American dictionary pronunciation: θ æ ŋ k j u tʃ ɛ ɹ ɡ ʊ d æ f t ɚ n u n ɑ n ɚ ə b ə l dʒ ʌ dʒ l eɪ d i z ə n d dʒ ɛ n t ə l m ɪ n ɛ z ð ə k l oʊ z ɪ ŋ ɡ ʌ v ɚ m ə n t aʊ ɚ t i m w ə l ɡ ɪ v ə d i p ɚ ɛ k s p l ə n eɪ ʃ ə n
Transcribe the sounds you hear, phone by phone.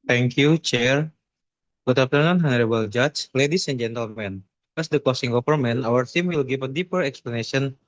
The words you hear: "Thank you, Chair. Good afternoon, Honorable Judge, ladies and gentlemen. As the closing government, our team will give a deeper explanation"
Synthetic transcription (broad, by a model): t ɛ ŋ k j u tʃ ɛ ɹ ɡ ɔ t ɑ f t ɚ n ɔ n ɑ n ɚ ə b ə l dʒ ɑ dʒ l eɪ d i s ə n dʒ ɛ n t ə l m ɪ n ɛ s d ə k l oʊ s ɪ ŋ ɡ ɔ p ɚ m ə n aʊ ɚ t i m w ə l ɡ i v ə d i p ɚ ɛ k s p l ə n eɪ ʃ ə n